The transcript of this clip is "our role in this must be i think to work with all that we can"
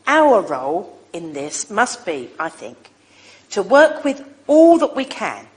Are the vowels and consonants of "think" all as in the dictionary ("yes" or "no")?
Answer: yes